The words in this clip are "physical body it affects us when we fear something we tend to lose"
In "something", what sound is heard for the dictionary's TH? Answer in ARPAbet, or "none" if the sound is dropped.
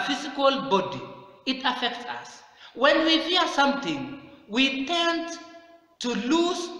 T